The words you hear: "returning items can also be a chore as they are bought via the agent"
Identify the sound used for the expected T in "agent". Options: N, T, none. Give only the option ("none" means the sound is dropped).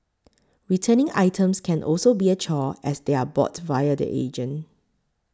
none